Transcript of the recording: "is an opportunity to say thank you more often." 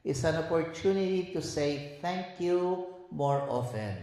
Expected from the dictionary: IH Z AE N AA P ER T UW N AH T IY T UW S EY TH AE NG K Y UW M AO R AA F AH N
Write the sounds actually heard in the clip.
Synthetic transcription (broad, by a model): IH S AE N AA P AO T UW N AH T IY T UW S EY T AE NG K Y UW M AO R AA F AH N